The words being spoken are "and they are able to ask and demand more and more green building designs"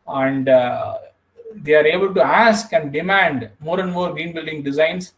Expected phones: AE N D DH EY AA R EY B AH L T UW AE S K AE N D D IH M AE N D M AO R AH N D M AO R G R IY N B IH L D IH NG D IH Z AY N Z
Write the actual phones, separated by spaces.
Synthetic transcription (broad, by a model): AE N D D EY AA R EY B AH L T UW AE S K AE N D D IH M AE N D M AO R AH N D M AO R G R IY N B IH L D IH NG D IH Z AY N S